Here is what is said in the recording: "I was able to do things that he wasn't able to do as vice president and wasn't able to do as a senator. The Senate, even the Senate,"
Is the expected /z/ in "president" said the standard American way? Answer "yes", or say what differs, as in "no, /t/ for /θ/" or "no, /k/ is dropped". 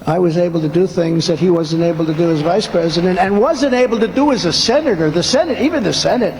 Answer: yes